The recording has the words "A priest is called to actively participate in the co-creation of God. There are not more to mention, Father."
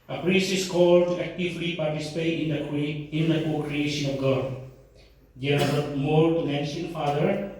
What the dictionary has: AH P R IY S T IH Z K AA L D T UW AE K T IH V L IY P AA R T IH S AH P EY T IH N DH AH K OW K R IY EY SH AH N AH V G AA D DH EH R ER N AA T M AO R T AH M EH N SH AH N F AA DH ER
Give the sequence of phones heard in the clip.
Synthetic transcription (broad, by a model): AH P R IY S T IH S K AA L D T UW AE K T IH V L IY P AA R T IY S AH P EY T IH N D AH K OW K R IY EY SH AH N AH F G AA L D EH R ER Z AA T M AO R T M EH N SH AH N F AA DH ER